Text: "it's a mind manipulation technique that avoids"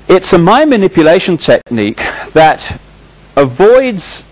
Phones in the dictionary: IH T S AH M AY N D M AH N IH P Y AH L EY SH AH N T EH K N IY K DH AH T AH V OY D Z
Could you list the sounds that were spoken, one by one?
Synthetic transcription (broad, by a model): IH T S AH M AY M AH N IH P Y AH L EY SH AH N T EH K N IY K DH AH T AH V OY D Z